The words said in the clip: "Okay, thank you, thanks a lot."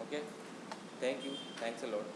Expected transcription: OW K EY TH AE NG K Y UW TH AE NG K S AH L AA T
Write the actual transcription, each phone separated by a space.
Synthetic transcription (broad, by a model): OW K EY T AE NG K Y UW T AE NG K S AH L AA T